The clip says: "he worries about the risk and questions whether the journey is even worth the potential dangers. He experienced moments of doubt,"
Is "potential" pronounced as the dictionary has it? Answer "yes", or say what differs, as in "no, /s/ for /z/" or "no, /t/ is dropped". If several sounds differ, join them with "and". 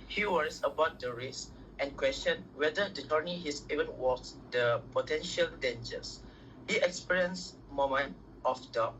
yes